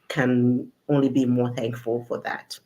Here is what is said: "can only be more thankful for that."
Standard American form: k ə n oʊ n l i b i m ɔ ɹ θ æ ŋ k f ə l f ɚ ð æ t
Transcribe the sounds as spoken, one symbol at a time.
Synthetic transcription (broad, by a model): k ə n oʊ n l i b i m ɔ ɹ θ æ ŋ k f ə l f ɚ ð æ t